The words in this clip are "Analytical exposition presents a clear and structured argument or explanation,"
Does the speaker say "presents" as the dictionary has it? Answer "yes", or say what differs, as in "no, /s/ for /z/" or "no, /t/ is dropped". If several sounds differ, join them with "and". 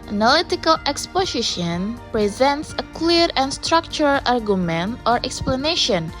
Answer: yes